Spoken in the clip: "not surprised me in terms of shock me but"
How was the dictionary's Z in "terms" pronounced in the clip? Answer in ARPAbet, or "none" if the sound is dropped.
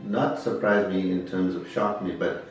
Z